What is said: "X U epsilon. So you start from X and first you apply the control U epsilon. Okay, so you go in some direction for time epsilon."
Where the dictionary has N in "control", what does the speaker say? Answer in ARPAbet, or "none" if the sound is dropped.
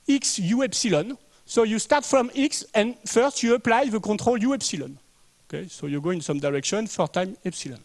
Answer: none